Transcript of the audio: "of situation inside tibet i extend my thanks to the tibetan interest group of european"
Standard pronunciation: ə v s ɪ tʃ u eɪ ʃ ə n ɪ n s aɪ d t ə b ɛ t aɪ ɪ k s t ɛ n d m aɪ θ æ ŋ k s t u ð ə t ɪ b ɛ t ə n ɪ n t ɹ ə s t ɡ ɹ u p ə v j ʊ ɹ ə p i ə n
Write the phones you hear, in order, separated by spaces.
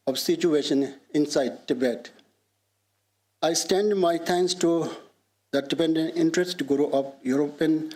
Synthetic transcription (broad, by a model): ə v s ɪ tʃ u eɪ ʃ ə n ɪ n s aɪ d t ə b ɛ t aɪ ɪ s t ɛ n d m aɪ t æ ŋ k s t u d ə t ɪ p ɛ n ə n ɪ n t ɹ ə s t ɡ ɹ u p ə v j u ɹ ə p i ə n